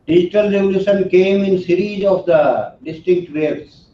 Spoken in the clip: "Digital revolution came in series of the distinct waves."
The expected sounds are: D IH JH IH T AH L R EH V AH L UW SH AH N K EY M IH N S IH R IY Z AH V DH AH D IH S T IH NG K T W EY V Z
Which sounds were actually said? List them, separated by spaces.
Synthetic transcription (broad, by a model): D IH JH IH T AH L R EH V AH L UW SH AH N K EY M IH N S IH R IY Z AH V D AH D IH S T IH K T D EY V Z